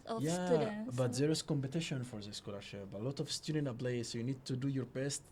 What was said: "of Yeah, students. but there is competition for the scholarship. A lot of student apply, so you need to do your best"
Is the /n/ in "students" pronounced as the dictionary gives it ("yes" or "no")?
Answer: no